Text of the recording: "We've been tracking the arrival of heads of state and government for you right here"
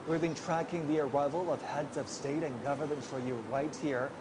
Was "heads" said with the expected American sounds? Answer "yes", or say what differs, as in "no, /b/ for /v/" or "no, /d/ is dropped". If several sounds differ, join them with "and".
yes